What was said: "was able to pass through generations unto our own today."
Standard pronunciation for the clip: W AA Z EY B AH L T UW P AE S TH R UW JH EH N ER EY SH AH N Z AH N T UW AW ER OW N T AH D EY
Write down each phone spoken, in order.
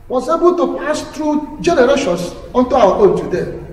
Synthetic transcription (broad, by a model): W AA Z EY B AH L T UW P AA S T R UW JH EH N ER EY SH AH N S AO N T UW AW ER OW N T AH D EY